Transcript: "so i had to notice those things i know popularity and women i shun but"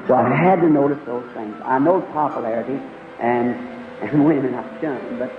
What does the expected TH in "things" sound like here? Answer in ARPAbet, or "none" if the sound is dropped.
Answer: TH